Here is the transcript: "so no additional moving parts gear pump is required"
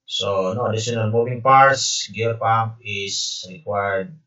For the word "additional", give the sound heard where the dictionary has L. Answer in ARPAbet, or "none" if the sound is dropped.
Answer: N